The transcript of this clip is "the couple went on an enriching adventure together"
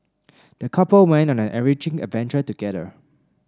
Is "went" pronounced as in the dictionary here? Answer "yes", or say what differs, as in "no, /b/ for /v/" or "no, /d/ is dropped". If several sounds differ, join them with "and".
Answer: no, /t/ is dropped